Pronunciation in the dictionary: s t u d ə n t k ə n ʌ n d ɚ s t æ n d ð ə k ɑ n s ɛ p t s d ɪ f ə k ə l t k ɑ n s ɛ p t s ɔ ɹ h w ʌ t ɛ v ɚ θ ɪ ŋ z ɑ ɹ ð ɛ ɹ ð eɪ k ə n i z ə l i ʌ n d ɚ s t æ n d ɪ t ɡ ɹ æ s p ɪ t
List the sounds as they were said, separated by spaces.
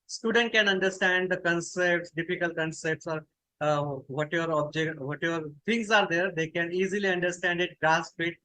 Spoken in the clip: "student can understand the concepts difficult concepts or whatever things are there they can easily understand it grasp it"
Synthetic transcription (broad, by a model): s t u d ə n t k ə n ʌ n d ɚ s t æ n d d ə k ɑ n s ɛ p t s d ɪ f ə k ə l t k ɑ n s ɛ p t s ɔ ɹ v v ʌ t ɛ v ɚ t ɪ ŋ s ɑ ɹ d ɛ ɹ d eɪ k ə n i z ə l i ʌ n d ɚ s t æ n d ɪ t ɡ ɹ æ s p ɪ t